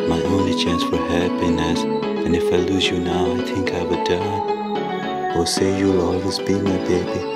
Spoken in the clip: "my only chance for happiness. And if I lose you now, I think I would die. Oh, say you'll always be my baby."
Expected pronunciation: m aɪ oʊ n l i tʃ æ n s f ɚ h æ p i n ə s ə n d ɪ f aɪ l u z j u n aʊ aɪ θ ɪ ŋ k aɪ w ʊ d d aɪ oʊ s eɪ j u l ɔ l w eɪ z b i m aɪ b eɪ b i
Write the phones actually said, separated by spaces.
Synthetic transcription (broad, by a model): m aɪ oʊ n i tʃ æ n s f ɚ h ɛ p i n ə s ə n ɪ f aɪ l u z j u n aʊ aɪ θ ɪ ŋ k aɪ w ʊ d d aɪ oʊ s eɪ j u l ɔ l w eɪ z b i m aɪ b eɪ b i